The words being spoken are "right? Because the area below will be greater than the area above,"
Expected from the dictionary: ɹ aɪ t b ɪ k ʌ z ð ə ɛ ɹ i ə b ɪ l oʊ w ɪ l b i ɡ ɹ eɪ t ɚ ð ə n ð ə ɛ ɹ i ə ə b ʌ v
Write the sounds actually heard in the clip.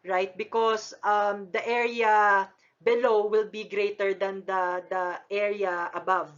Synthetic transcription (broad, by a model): ɹ aɪ t b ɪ k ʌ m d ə ɛ ɹ i ə b ɪ l oʊ w ɪ l b i ɡ ɹ eɪ t ɚ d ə n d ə ɛ ɹ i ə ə b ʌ v